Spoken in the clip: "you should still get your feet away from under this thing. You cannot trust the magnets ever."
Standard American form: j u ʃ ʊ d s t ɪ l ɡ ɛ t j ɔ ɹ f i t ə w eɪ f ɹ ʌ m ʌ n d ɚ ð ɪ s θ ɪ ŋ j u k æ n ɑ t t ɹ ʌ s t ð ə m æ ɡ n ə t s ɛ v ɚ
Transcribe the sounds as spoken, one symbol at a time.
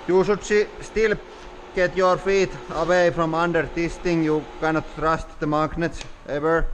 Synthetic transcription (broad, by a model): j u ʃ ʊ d s t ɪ l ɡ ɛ t j ɔ ɹ f i t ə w eɪ f ɹ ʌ m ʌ n d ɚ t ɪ s t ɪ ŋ j u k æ n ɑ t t ɹ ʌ s t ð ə m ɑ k n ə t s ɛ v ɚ